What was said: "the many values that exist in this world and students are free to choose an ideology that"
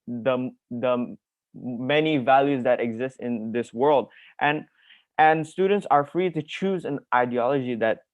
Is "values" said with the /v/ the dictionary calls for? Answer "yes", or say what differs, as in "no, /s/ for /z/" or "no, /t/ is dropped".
yes